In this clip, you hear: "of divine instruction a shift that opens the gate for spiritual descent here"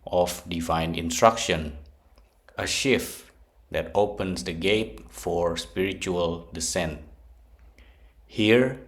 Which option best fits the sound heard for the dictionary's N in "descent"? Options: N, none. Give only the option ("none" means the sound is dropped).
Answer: N